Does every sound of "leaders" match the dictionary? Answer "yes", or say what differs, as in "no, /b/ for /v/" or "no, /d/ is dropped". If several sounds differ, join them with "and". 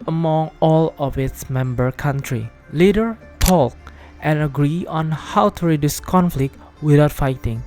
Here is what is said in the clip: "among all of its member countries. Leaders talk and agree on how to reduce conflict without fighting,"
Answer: no, /z/ is dropped